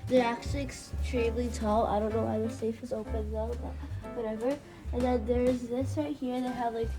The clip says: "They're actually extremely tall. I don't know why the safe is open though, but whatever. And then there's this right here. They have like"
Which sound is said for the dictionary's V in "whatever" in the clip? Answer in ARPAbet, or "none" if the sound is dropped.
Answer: V